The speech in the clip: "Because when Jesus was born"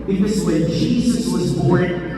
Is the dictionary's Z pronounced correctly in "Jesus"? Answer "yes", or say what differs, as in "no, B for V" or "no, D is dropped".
yes